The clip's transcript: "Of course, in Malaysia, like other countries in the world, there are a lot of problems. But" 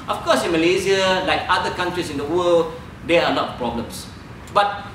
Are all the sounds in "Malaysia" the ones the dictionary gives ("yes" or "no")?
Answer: no